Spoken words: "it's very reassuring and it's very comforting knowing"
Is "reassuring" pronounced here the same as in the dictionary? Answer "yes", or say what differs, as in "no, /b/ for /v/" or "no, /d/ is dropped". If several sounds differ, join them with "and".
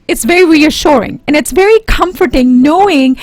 yes